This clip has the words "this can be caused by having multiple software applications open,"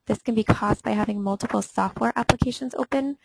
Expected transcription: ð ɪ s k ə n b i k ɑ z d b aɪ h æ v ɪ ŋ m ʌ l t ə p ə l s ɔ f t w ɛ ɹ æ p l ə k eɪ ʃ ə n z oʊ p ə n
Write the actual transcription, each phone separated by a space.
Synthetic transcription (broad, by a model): ð ɪ s k ə n b i k ɑ z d b aɪ h æ v ɪ ŋ m ʌ l t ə p l s ɔ f t w ɛ ɹ æ p l ə k eɪ ʃ ə n z oʊ p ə n